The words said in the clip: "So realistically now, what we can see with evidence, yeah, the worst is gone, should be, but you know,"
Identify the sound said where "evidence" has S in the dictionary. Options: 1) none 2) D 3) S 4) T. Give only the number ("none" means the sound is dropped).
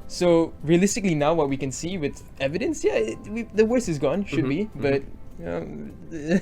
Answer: 3